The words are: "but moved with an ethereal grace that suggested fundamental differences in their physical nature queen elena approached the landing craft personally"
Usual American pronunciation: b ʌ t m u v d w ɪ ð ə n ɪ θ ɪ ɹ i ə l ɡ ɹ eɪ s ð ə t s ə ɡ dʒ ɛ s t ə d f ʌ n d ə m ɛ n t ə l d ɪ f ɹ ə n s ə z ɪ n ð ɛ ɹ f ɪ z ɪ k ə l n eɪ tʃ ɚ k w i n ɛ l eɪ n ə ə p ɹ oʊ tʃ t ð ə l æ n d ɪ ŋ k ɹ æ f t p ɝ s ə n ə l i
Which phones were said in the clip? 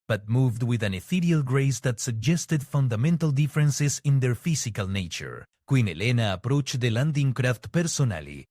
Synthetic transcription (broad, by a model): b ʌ t m u v d w ɪ ð ə n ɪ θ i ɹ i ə l ɡ ɹ eɪ s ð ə t s ə ɡ dʒ ɛ s t ə d f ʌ n d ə m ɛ n t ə l d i f ɹ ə n s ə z ɪ n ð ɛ ɹ f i s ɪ k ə l n eɪ tʃ ɚ k w i n ɛ l eɪ n ə p ɹ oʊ tʃ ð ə l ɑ n d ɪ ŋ k ɹ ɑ f t p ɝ s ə n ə l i